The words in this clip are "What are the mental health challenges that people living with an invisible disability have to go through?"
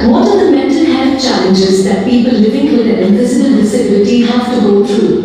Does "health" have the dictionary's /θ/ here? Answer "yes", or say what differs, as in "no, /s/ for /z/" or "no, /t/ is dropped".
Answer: no, /f/ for /θ/